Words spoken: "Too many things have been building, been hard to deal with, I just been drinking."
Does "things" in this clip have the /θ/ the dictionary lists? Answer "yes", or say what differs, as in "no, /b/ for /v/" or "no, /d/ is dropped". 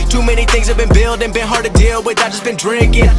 yes